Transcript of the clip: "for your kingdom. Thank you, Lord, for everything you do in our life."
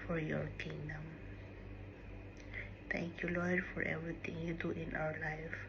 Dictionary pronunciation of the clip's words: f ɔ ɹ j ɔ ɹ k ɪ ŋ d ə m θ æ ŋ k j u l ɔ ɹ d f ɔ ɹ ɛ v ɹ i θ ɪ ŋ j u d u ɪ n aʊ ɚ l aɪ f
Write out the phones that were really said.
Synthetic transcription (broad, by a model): f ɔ ɹ j ɔ ɹ k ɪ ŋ d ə m t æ ŋ k j u l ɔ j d f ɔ ɹ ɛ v ɹ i t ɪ ŋ j u d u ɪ n aʊ ɚ l aɪ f